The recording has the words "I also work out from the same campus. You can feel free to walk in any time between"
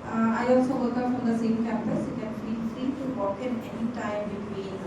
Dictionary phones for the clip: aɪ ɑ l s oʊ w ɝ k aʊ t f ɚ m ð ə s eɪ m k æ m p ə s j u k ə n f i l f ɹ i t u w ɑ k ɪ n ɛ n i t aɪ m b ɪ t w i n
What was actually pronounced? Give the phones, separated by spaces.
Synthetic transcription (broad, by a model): aɪ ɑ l s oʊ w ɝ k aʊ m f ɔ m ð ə s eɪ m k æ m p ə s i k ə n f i n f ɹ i t u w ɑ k ɪ n ɛ n i t aɪ m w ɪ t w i